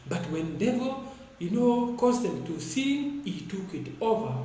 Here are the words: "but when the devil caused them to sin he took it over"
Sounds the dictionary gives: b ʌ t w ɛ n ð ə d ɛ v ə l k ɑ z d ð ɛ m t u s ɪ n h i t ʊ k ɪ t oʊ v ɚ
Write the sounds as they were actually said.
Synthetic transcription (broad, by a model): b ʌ t w ɛ n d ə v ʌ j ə n k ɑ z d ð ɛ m t u s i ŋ h i t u k ɪ t oʊ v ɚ